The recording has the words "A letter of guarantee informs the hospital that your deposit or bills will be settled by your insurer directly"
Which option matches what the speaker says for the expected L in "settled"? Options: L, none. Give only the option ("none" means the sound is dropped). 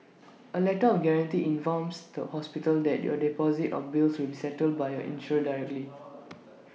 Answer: L